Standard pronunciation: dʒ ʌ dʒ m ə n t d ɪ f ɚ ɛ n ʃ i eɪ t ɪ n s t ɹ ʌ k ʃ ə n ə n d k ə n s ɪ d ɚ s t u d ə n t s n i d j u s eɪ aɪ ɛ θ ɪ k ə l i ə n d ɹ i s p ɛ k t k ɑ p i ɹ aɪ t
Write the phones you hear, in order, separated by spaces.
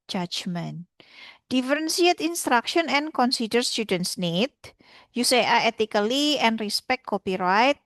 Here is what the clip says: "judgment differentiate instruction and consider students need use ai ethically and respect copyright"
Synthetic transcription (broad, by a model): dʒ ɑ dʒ m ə n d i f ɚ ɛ n s i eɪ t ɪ n s t ɹ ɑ k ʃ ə n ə n k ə n s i d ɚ s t u d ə n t s n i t j u s eɪ aɪ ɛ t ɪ k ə l i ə n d ɹ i s p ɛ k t k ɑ p i ɹ aɪ t